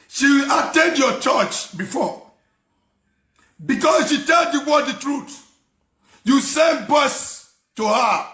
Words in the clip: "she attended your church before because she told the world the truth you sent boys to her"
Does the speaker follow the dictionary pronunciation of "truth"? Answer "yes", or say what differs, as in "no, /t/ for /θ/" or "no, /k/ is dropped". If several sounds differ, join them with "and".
no, /t/ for /θ/